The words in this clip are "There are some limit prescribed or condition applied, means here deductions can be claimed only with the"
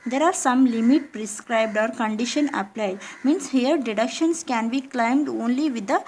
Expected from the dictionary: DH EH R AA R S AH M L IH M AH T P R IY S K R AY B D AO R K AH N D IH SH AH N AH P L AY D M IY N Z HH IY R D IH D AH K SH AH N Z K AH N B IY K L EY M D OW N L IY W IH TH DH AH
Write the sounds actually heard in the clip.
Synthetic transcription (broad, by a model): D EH R AA R S AH M L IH M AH T P R IY S K R AY B D AO R K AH N D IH SH AH N AH P L AY D M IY N S HH IY R D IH D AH K SH AH N S K AH N B IY K L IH M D OW N L IY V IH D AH